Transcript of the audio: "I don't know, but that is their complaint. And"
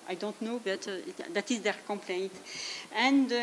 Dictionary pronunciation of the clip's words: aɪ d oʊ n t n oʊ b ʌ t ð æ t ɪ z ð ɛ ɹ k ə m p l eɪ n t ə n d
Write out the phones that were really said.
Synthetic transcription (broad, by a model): aɪ d oʊ n t n oʊ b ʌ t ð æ t ɪ z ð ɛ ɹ k ə m p l eɪ n t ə n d